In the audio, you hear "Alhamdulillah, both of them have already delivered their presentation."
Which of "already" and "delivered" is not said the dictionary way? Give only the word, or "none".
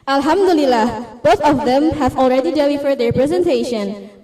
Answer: delivered